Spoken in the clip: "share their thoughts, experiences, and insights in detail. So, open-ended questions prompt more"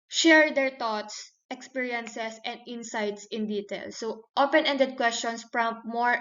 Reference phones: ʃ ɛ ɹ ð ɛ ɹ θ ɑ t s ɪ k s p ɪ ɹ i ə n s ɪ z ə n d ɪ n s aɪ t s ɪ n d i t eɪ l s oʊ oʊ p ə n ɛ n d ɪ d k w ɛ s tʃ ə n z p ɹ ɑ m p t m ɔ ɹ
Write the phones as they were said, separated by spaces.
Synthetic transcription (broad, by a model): ʃ ɛ ɹ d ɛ ɹ t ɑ t s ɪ k s p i ɹ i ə n s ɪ s ə n d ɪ n s aɪ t s ɪ n d i t eɪ l s oʊ oʊ p ə n ɛ n d ɪ d k w ɛ s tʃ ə n s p ɹ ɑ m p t m ɔ ɹ